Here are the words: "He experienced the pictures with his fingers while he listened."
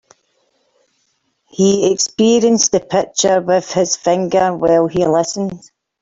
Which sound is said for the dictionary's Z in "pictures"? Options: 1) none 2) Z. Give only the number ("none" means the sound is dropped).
1